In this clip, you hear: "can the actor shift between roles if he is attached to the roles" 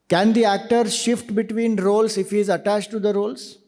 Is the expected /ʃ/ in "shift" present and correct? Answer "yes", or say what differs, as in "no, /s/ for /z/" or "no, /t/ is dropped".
yes